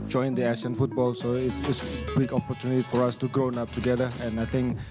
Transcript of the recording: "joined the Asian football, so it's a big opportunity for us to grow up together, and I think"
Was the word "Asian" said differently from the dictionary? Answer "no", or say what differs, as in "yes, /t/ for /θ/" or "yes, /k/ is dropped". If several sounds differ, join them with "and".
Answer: yes, /s/ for /ʒ/